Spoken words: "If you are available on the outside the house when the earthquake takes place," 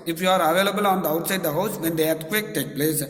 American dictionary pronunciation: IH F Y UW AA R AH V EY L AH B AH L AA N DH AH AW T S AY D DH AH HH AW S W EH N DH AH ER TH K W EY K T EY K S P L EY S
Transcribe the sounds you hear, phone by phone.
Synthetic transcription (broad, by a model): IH F Y UW AA R AH V EY L AH B AH L AA N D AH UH T S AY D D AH HH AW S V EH N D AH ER T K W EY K T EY K P L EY S